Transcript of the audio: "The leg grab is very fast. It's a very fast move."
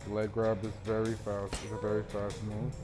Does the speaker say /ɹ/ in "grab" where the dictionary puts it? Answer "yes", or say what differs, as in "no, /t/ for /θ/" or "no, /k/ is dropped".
yes